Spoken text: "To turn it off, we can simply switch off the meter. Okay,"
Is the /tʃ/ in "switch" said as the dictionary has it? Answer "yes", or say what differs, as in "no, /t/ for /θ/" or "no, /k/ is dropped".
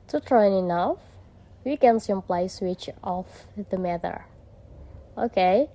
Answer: yes